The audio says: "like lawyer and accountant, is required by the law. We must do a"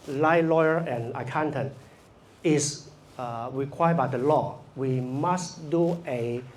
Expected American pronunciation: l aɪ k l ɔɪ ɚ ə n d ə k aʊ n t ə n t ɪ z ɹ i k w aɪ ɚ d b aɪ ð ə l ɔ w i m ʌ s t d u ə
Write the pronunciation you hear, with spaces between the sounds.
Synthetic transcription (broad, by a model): l aɪ l ɔɪ ɚ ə n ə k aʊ n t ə n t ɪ s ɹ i k w aɪ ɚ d b aɪ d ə l ɔ w i m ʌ s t d u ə